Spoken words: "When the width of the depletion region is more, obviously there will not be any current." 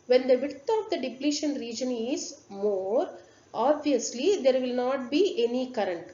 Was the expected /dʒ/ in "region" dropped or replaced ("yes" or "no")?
no